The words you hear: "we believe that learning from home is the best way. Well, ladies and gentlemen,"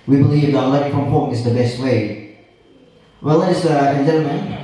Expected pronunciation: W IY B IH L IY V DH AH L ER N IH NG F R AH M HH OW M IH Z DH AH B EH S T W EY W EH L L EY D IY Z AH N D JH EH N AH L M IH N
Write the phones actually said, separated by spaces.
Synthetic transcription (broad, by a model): W IY B IH L IY V DH AH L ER IH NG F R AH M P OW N IH Z DH AH B EH S T W EY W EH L L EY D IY AH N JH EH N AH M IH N